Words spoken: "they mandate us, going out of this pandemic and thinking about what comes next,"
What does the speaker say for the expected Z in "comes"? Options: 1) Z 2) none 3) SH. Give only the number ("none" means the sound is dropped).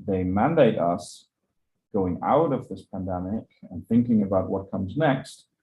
1